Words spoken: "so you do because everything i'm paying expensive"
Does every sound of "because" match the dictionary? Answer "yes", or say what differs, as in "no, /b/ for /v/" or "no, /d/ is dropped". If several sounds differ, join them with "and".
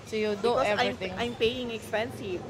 no, /k/ is dropped and /z/ is dropped